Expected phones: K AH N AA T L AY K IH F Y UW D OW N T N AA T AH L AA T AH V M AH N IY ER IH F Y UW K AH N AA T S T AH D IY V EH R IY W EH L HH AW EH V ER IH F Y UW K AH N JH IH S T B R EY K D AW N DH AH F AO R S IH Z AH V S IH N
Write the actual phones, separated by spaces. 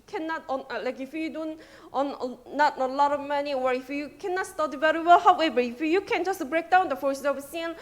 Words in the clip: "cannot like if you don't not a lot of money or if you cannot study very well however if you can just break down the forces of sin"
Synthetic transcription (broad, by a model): K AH N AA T L AY K IH F Y UW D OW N T N AA T AH L AA T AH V M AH N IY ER IH F Y UW K AH N AA T S T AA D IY V EH R IY W EH L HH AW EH B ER IH F Y UW K AH N JH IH S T B R EY K D AW N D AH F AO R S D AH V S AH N